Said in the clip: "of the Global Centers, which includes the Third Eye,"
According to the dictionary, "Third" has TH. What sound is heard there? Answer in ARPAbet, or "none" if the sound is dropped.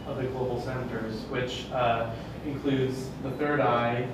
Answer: TH